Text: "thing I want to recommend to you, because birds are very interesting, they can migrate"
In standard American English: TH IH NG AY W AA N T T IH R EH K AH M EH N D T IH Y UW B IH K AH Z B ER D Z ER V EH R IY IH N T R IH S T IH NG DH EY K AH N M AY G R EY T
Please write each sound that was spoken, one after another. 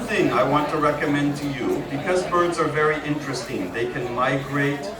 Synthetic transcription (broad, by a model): TH IH NG AY W AA N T T IH R EH K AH M EH N T IH Y UW B IH K AH Z B ER D Z ER V EH R IY IH N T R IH S T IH NG DH EY K AH N M AY G R EY T